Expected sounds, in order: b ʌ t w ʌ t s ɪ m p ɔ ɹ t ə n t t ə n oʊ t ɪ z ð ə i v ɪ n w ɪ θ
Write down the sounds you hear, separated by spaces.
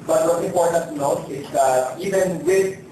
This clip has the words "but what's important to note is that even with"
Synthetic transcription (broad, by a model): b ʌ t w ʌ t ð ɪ p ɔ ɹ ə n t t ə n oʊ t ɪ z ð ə i v ɪ n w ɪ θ